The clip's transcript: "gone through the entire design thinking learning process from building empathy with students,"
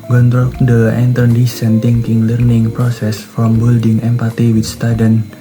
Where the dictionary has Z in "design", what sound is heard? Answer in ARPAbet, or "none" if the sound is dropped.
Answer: S